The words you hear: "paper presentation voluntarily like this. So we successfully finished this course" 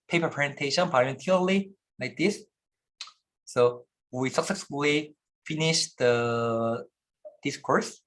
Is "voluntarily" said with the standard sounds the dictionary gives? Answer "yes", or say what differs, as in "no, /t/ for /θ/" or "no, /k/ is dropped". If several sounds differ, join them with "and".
no, /p/ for /v/